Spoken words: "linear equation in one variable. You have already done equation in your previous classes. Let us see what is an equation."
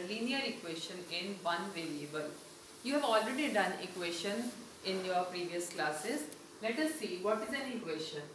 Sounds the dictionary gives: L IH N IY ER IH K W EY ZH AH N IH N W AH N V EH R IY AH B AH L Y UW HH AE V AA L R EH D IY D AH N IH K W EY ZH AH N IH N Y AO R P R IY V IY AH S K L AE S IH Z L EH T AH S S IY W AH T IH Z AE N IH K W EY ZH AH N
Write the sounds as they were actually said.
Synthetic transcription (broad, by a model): L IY N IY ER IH K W EY SH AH N IH N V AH N V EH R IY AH B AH L Y UW HH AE V AA L R EH D IY D AH N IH K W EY SH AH N IH N Y AO R P R IY V IY AH S K L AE S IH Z L EH T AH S S IY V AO T IH Z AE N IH K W EY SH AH N